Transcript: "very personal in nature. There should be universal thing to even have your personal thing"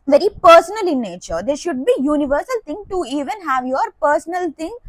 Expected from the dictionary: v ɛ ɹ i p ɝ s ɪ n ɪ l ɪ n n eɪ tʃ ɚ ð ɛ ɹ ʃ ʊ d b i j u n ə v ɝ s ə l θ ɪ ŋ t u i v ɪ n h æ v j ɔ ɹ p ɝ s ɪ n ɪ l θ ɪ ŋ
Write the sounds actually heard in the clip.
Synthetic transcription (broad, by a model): v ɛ ɹ i p ɝ s ɪ n ɪ l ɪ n n eɪ tʃ ɚ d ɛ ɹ ʃ ʊ d b i j u n ə v ɝ s ə l t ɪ ŋ t u i v ɪ n h æ v j ɔ ɹ p ɝ s ɪ n ɪ l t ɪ ŋ